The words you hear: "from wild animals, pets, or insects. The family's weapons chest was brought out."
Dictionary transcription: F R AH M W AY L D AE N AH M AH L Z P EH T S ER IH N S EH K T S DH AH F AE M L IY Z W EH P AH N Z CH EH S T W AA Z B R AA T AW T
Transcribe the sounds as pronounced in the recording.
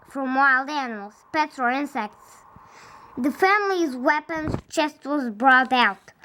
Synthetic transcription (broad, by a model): F R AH M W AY L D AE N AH M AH L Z P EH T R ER IH N S EH K T S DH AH F AE M L IY Z W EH P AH N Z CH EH S T W AA Z B R AA T AW T